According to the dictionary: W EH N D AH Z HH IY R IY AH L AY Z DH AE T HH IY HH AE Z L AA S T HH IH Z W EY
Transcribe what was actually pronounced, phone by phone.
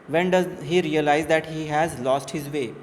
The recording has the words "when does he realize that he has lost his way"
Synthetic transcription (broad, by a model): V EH N D AH Z HH IY R IY AH L AY Z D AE T HH IY HH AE Z L AA S T HH IH Z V EY